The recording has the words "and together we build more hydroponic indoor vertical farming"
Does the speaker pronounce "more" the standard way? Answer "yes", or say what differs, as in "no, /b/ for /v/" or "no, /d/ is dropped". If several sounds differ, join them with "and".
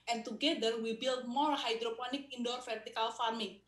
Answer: no, /l/ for /ɹ/